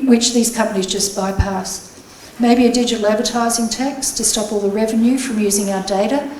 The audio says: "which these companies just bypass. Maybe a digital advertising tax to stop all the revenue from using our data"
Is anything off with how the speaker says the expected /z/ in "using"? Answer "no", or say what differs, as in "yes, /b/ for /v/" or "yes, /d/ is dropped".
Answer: no